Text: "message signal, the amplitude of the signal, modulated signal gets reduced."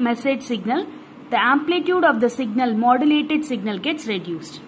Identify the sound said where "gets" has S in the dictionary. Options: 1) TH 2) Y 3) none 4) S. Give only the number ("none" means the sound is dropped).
4